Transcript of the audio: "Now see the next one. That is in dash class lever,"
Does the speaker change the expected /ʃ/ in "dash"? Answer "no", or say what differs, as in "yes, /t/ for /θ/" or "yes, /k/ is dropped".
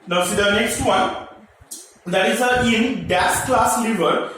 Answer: yes, /s/ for /ʃ/